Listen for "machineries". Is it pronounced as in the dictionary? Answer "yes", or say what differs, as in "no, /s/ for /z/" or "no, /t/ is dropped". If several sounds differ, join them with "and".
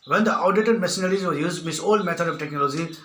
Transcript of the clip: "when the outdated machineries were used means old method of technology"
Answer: no, /s/ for /ʃ/